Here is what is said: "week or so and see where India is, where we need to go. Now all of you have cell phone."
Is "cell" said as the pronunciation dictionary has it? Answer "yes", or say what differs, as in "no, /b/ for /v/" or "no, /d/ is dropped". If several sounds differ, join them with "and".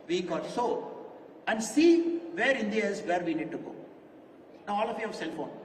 yes